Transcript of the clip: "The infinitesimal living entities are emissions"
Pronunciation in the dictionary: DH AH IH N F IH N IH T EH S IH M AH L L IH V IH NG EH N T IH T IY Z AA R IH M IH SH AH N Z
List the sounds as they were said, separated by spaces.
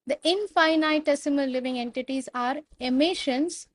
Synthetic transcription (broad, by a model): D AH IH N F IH N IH T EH S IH M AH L L IH V IH NG EH N T IH T IY Z AA R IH M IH SH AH N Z